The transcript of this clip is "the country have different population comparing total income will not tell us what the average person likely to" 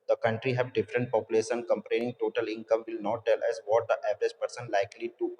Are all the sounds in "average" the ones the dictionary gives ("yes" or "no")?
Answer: yes